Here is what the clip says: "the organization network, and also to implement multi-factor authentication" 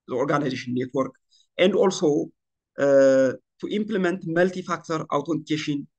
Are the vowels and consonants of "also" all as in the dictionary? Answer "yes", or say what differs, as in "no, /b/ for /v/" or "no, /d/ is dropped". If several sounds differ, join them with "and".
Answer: yes